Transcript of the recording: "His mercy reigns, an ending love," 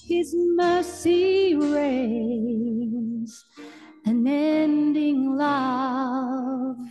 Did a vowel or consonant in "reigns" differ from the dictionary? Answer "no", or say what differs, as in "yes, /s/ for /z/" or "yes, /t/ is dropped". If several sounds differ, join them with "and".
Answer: yes, /n/ is dropped